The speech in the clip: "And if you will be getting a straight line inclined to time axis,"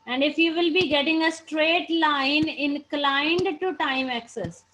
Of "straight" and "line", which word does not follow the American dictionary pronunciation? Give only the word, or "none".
none